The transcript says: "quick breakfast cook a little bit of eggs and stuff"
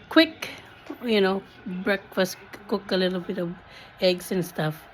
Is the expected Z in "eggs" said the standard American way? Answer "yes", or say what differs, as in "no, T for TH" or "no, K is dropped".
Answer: no, S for Z